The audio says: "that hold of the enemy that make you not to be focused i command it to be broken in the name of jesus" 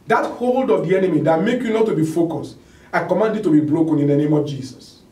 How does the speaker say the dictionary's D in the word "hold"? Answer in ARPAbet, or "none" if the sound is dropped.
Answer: D